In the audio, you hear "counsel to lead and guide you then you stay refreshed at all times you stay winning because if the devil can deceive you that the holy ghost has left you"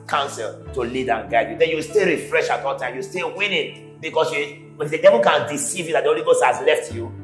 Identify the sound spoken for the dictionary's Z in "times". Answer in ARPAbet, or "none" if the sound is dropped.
none